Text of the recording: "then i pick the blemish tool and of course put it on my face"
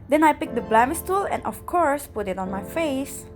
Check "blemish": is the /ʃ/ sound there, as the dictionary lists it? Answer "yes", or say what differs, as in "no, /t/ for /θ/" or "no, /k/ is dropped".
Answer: no, /s/ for /ʃ/